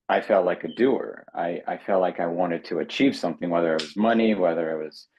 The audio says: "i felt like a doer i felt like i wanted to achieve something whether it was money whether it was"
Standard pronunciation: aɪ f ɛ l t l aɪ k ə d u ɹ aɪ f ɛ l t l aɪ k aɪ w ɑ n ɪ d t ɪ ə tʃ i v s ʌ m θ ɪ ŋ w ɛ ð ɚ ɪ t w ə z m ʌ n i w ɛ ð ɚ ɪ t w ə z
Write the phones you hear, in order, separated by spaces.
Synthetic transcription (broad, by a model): aɪ f ɛ l t l aɪ k ə d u ɹ aɪ f ɛ l t l aɪ k aɪ w ɑ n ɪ d t ɪ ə tʃ i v s ʌ m θ ɪ ŋ w ɛ ð ɚ ɪ t w ə z m ʌ n i w ɛ ð ɚ ɪ t w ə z